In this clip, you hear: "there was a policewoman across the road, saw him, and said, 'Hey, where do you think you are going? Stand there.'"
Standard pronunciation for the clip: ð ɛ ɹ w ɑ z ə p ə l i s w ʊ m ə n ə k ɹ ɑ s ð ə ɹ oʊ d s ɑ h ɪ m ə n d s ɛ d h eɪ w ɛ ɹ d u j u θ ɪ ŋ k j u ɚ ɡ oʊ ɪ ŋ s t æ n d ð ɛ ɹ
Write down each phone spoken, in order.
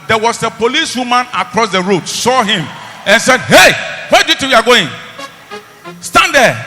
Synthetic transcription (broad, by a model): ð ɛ w ɑ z ə p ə l i s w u m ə n ə k ɹ ɑ s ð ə ɹ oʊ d s ɑ h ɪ m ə n s ɛ d h eɪ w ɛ d u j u t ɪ j u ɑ ɡ oʊ ɪ ŋ s t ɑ n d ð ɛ